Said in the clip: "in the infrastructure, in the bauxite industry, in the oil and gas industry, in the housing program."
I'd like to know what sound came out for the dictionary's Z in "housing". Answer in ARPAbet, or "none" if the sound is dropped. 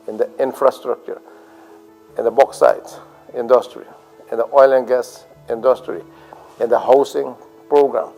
S